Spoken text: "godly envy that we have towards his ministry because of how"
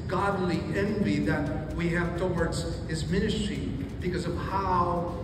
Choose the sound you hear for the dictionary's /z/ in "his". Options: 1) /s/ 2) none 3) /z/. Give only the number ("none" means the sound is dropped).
3